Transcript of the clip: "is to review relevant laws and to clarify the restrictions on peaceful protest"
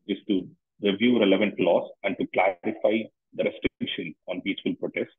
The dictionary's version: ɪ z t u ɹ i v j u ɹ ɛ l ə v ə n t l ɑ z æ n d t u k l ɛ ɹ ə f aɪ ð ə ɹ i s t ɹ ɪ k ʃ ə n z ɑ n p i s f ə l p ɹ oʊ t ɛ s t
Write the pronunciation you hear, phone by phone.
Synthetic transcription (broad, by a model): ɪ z t u ɹ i v j u ɹ ɛ l ə v ə n t l ɑ s æ n d t u k l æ ɹ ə f aɪ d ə ɹ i s t ɹ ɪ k ʃ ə n ɑ n p i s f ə l p ɹ oʊ t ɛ s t